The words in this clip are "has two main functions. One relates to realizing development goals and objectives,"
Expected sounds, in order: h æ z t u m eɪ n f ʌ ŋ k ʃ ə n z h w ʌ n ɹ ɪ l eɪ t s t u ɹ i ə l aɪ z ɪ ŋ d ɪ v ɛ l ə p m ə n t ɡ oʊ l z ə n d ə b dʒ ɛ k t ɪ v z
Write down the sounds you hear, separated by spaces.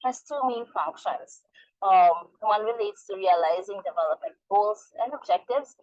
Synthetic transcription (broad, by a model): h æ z t u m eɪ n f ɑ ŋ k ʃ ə n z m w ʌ n ɹ ɪ l eɪ t s t u ɹ i ə l aɪ z ɪ ŋ d ɪ v ɛ l ə p m ə n t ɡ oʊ l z ə n d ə b dʒ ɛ k t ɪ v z